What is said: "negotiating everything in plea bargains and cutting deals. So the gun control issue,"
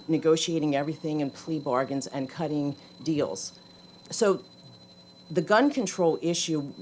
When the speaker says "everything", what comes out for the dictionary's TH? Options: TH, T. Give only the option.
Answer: TH